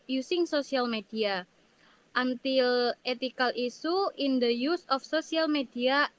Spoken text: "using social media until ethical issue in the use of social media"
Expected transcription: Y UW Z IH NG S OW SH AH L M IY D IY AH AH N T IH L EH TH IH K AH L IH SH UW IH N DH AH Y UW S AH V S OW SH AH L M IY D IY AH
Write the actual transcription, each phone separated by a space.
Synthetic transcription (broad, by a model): Y UW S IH NG S OW S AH L M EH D IY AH AH N T IH L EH T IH K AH L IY S UW IH N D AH Y UW S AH F S OW S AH L M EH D IY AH